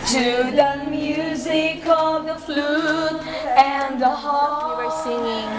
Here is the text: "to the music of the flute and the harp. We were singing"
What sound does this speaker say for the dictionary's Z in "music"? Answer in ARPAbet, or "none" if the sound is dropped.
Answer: Z